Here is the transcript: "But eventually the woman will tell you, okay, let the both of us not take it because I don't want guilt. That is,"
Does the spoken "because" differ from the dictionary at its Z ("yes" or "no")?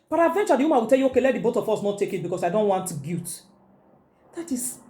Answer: yes